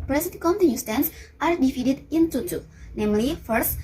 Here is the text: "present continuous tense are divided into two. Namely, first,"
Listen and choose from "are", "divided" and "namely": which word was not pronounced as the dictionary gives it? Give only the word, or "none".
divided